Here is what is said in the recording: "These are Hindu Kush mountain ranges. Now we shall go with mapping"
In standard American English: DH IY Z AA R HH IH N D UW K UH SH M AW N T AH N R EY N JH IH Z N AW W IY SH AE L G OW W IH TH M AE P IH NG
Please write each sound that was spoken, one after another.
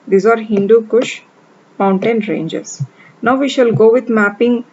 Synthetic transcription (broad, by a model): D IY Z AA R HH IH N D UW K UH SH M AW N T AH N R EY N JH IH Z N AW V IY SH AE L G OW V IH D M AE P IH NG